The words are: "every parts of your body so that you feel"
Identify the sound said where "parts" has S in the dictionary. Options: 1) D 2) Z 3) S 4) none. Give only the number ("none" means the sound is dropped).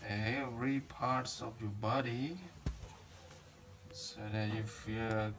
3